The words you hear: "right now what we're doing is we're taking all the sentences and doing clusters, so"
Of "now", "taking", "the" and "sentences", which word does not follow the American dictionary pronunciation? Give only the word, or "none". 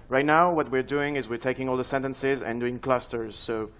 none